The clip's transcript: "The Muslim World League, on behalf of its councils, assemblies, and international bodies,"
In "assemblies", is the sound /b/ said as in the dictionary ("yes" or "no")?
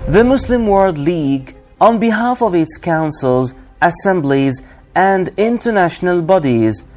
yes